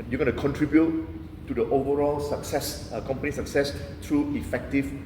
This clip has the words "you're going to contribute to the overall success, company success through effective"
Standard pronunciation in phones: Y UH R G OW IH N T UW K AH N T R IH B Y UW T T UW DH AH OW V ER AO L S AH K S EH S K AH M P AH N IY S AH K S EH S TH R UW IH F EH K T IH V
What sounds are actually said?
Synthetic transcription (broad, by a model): Y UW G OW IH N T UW K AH N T R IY B Y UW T T UW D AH OW V ER AO L S AH K S EH S K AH M P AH N IY S AH K S EH S T R UW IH F EH K T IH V